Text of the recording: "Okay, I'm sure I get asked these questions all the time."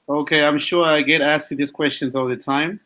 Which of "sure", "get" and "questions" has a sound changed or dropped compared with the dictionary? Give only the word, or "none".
none